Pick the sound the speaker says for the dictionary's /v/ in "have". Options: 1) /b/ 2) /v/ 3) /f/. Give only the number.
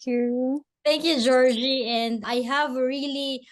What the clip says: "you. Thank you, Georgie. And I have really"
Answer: 2